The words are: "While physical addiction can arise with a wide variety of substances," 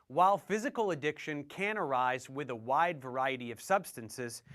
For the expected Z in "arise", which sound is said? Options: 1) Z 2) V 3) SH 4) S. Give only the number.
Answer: 1